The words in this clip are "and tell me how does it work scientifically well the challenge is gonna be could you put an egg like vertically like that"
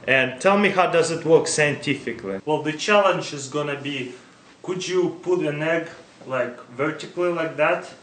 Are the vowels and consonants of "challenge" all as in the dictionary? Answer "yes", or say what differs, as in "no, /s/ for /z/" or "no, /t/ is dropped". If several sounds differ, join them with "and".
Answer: yes